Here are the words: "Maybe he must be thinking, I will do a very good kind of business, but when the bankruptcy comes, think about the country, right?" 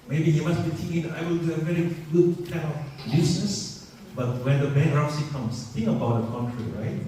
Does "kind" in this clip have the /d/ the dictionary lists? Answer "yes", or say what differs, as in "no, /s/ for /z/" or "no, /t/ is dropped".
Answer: no, /d/ is dropped